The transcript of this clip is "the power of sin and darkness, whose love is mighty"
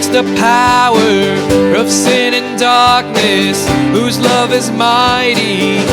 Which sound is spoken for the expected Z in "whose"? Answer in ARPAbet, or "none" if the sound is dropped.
Z